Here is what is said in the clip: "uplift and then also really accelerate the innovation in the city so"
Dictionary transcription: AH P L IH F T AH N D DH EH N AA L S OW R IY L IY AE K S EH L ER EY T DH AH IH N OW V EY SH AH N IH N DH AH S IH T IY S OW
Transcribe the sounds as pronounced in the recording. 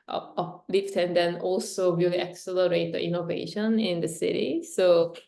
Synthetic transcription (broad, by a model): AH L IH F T AH N D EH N AA L S OW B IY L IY K S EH L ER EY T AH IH N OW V EY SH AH N IH N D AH S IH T IY S OW